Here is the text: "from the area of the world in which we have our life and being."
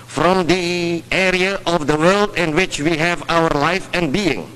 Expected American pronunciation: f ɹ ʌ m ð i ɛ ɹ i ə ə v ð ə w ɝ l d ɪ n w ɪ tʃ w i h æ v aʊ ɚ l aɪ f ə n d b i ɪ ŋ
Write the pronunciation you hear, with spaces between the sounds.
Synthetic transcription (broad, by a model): f ɹ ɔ m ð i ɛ ɹ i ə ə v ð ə w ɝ l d ɪ n w ɪ tʃ w i h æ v aʊ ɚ l aɪ f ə n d b i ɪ ŋ